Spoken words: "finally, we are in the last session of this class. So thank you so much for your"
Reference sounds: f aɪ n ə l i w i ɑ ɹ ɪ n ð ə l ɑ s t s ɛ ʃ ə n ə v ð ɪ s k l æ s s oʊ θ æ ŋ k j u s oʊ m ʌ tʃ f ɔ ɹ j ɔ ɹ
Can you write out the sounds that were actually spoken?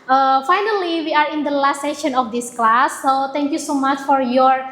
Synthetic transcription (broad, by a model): f aɪ n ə l i w i ɑ ɹ ɪ n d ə l ɑ s t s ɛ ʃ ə n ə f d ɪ s k l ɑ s s oʊ t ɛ ŋ k j u s oʊ m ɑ tʃ f ɔ ɹ j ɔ ɹ